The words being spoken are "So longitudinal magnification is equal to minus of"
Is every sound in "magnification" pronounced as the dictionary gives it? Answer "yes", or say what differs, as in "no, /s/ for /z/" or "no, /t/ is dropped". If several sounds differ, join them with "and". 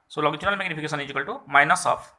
no, /p/ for /f/ and /s/ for /ʃ/